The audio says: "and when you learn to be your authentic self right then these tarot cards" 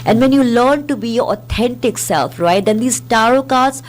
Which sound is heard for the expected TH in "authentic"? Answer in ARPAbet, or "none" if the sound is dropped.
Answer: T